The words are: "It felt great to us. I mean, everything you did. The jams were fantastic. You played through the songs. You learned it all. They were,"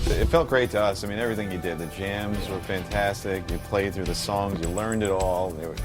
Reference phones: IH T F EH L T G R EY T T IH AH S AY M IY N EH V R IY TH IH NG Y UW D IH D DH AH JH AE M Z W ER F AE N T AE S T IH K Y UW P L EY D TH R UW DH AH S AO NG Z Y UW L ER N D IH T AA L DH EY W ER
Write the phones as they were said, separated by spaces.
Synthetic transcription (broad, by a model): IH T F EH L T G R EY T T IH AH S AY M IY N EH V R IY TH IH NG Y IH D IH D DH AH JH AE M Z W ER F AE N T AE S T IH K Y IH P L EY D TH R UW DH AH S AO NG Z Y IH L ER N D IH T AA L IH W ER